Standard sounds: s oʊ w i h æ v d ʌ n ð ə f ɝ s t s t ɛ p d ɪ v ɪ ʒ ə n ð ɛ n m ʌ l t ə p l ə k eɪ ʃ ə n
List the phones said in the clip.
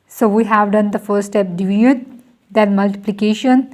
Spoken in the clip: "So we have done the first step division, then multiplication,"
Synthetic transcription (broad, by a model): s oʊ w i h æ v d ʌ n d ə f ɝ t s t ɛ p d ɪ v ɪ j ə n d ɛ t m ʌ l t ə p l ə k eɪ ʃ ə n